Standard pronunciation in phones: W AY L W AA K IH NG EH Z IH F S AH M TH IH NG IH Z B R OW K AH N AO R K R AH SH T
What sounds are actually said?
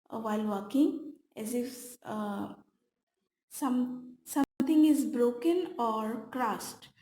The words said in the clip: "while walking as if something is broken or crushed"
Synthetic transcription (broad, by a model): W AY L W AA K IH NG EH Z IH F S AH M S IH NG IH Z B R OW K AH N AO R K R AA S T